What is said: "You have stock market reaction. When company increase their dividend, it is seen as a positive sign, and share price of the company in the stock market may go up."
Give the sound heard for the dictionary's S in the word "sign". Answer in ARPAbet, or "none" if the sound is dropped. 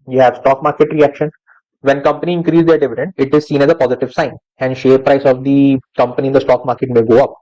S